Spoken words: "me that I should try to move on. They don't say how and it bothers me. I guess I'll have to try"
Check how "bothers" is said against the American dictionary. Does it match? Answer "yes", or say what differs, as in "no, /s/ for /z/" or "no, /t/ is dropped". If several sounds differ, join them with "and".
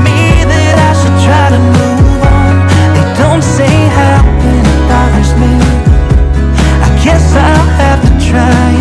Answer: no, /ð/ is dropped